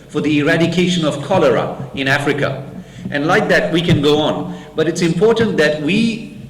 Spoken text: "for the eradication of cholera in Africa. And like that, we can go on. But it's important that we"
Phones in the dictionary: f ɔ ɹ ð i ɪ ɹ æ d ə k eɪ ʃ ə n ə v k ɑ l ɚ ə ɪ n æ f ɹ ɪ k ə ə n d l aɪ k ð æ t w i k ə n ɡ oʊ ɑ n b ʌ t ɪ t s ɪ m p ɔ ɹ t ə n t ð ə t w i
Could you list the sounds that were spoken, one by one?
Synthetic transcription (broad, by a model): f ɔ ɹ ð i ɪ ɹ æ d ə k eɪ ʃ ə n ə v k ɑ l ɚ ə ɪ n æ f ɹ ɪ k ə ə n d l aɪ k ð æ t w i k ə n ɡ oʊ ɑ n b ʌ t ɪ t s ɪ m p ɔ ɹ t ə n t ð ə t w i